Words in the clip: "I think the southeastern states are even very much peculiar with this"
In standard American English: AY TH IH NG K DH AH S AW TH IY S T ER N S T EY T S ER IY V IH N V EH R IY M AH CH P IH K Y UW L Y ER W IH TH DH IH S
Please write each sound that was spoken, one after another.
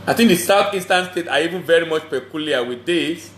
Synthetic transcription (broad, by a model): AY TH IH NG K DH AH S AW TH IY S T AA N S T EY T S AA IY V IH N V EH R IY M AH CH P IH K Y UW L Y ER W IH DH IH S